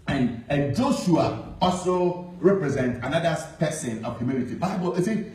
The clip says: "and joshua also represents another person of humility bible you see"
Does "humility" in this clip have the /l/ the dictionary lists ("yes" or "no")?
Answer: no